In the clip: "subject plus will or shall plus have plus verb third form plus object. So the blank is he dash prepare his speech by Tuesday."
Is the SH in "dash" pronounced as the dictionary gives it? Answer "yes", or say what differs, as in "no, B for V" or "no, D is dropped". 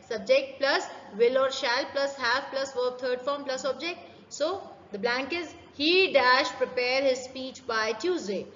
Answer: yes